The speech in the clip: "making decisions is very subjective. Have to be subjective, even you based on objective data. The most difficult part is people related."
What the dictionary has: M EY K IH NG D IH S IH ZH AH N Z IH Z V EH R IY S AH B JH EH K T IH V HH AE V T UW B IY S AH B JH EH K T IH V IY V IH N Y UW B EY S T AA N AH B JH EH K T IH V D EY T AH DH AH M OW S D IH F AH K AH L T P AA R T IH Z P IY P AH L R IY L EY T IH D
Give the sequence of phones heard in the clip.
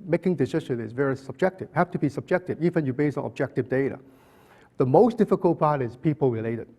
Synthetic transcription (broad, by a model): M EY K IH NG D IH S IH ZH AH N IH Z V EH R IY S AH B JH EH K T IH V HH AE F T UW B IY S AH B JH EH K T IH V IY V IH N Y UW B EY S AA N AH B JH EH K T IH V D EY T AH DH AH M OW S D IH F AH K AH L T P AA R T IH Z P IY P AH L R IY L EY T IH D